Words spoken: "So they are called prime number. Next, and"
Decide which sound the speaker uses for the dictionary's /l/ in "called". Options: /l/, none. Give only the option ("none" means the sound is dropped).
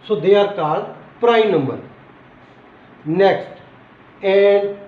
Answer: none